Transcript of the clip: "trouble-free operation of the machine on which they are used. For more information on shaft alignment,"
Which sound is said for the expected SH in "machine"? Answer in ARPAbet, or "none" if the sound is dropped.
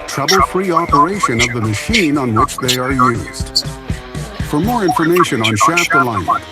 SH